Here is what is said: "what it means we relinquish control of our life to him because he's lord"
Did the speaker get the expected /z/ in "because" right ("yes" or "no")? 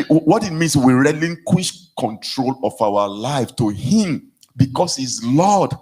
no